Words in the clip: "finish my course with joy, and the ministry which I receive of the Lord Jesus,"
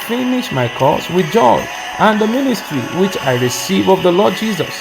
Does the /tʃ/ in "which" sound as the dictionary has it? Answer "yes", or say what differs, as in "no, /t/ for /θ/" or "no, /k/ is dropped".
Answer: yes